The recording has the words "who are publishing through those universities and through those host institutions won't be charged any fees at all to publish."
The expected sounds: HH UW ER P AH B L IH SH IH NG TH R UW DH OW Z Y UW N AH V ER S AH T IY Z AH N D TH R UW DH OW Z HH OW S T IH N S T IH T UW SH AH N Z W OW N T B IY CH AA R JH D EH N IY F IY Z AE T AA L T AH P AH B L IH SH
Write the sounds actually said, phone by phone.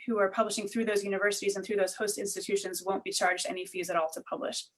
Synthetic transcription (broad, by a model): HH UW ER P AH B L IH SH IH NG TH R UW DH OW Z Y UW N AH V ER S AH T IY Z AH N TH R UW DH OW Z HH OW S T IH N S T IH T UW SH AH N Z W OW N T B IY CH AA R JH D EH N IY F IY Z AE T AA L T AH P AH B L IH SH